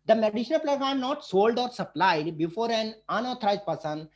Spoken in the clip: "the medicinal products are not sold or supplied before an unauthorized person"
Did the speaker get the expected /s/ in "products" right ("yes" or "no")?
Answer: no